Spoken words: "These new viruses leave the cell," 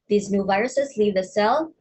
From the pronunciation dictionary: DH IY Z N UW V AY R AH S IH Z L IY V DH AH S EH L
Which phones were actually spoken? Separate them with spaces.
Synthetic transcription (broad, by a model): DH IY Z N UW V AY R AH S IH Z L IY V DH AH S EH L